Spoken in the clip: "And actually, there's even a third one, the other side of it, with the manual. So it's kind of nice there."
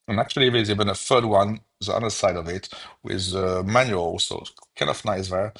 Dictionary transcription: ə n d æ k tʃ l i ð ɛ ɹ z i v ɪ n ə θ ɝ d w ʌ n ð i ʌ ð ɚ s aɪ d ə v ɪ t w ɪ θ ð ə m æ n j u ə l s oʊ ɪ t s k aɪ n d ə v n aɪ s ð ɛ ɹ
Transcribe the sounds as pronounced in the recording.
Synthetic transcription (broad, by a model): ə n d æ k tʃ l i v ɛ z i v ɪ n ə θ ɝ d w ʌ n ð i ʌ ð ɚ s aɪ d ə v ɪ t w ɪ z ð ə m æ n j u ə l s oʊ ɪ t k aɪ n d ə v n aɪ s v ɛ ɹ